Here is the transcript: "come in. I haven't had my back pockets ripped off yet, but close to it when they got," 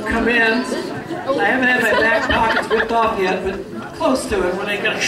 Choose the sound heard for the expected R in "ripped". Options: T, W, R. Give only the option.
W